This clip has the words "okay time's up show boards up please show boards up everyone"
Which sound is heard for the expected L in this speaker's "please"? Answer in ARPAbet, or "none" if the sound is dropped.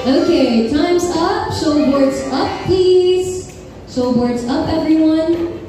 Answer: none